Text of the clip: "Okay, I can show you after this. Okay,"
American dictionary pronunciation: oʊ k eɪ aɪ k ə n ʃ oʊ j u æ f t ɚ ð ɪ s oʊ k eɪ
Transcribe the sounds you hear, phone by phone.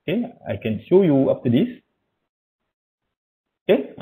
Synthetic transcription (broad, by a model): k eɪ aɪ k ə n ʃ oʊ j u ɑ p t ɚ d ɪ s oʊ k eɪ